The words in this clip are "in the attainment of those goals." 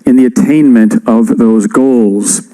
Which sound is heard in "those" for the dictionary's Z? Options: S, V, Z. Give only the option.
Z